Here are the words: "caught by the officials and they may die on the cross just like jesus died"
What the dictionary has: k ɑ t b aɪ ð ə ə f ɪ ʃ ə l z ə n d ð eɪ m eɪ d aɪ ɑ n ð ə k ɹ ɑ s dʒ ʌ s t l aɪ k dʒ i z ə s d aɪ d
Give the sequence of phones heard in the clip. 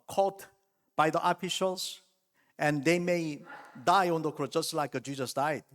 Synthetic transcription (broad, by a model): k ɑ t b aɪ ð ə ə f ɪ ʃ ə l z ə n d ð eɪ m eɪ d aɪ ɑ n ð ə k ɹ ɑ dʒ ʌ s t l aɪ k dʒ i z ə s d aɪ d